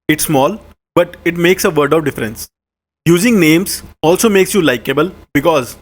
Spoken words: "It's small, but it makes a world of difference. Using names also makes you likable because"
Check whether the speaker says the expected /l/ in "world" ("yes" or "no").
no